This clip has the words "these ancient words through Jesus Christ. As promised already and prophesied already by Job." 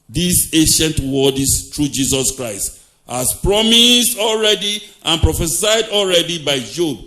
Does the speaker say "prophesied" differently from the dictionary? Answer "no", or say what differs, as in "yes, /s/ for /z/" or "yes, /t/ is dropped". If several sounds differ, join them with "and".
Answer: no